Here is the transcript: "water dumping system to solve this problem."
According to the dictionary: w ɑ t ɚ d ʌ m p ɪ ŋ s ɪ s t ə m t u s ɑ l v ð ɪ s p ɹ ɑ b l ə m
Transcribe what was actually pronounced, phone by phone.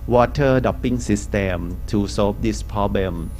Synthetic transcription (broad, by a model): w ɑ t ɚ d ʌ p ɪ ŋ s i s t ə m t u s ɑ l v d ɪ s p ɹ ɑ b l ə m